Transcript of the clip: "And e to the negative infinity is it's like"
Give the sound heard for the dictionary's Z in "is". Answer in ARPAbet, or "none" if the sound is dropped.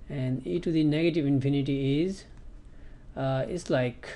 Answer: Z